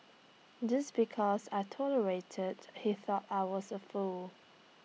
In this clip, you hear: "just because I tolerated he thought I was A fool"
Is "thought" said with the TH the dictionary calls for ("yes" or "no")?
yes